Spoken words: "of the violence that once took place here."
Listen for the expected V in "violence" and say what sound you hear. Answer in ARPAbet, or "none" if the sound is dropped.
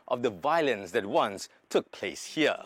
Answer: V